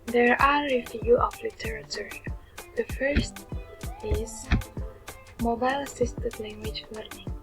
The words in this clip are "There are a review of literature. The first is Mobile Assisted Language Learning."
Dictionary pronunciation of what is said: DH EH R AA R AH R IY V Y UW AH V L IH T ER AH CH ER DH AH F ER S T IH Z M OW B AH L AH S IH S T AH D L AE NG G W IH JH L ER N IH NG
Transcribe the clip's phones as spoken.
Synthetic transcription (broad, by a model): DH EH R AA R AH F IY Y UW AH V L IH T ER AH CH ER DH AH F ER S T IH Z M OW B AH L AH S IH S T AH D L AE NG G W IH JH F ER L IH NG